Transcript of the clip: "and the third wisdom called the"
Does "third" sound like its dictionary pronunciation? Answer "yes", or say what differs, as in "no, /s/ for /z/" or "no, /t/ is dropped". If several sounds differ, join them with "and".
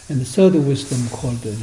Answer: no, /s/ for /θ/